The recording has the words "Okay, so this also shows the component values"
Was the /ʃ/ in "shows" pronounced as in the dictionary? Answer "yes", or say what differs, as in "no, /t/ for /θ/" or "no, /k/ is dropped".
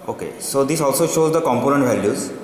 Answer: yes